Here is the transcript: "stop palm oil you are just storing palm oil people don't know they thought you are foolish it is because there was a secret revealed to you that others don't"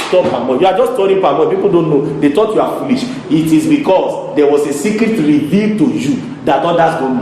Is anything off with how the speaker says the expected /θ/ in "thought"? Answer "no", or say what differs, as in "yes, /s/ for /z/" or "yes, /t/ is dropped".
yes, /t/ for /θ/